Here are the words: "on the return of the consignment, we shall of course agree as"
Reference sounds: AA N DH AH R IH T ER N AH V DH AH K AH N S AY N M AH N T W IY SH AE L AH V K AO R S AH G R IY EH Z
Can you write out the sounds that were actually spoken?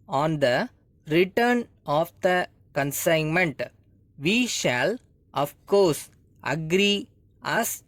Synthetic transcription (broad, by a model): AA N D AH R IH T ER N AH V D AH K AH N S AY N M AH N T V IY SH AE L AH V K AO R S AH G R IY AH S